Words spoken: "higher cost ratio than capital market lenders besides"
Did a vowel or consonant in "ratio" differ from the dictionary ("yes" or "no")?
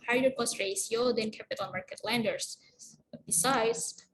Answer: yes